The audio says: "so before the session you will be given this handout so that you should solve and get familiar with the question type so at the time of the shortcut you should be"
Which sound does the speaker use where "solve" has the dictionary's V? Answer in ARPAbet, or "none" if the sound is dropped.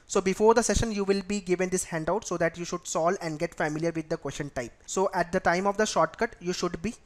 none